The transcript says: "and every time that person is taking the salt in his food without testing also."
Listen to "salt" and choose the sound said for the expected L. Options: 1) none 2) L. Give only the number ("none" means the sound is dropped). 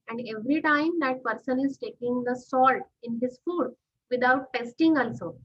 2